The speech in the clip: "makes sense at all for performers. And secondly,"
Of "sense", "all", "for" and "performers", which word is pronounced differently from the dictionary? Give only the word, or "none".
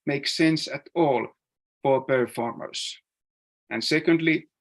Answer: performers